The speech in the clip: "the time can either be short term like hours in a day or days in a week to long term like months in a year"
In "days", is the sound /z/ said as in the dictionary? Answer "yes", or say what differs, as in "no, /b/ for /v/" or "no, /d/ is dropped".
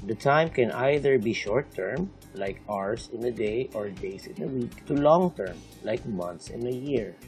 no, /s/ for /z/